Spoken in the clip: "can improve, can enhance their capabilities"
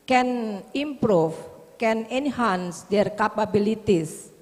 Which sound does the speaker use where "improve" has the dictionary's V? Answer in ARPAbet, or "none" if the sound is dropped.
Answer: F